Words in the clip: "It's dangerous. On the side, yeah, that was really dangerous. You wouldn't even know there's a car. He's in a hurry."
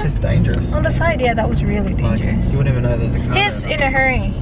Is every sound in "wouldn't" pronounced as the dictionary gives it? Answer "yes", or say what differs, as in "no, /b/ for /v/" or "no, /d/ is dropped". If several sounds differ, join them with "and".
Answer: no, /t/ is dropped